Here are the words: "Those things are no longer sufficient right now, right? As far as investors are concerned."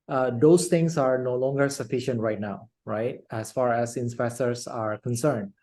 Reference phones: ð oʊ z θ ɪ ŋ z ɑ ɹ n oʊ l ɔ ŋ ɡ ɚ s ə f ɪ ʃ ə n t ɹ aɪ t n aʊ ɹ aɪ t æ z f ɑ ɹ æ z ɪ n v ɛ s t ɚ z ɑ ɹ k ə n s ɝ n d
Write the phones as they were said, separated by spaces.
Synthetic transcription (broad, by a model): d oʊ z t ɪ ŋ s ɑ ɹ n oʊ l ɔ ŋ ɡ ɚ s ə f ɪ ʃ ə n t ɹ aɪ t n aʊ ɹ aɪ t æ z f ɑ ɹ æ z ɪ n p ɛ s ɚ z ɑ ɹ k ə n s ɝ n d